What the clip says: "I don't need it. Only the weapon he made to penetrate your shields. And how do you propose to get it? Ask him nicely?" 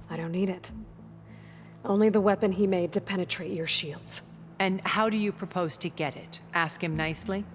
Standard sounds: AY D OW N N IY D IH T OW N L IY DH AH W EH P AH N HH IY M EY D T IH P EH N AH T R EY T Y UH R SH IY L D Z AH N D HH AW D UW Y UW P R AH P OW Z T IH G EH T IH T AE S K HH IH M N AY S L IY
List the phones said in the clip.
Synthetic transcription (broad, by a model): AY D OW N N IY D IH T OW N L IY DH AH W EH P AH N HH IY M EY D T IH P EH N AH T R EY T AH R SH IY L D Z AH N HH AW D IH Y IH P R AH P OW Z T IH G EH T IH T AE S K HH IH M N AY S L IY